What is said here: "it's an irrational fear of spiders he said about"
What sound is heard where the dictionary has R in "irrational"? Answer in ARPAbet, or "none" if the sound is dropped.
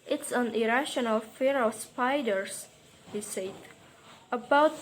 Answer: R